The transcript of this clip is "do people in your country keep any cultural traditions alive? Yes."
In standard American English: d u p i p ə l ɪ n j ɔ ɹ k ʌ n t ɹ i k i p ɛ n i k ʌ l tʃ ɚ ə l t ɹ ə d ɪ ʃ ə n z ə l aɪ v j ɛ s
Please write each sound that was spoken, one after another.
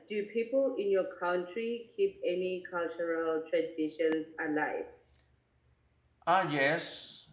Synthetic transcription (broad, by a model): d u p i p ə l ɪ n j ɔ k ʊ n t ɹ i k i p ɛ n i k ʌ l tʃ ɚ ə l t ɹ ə d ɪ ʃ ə n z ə l aɪ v j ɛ s